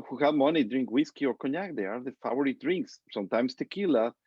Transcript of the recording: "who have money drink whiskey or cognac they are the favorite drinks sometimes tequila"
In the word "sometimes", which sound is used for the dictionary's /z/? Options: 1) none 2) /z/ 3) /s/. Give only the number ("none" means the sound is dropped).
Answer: 3